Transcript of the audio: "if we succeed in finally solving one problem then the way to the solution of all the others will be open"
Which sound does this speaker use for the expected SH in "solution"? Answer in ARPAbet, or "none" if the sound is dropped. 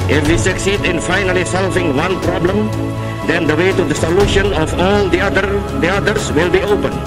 SH